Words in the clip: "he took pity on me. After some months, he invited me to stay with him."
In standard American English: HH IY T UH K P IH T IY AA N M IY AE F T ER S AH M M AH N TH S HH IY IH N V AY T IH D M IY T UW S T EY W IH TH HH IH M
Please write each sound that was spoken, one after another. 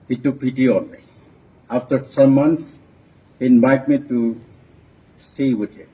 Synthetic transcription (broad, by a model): HH IY T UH K P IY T IY AA N M IY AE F T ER S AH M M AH N T S HH IY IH N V AY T M IY T UW S T EY W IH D HH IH M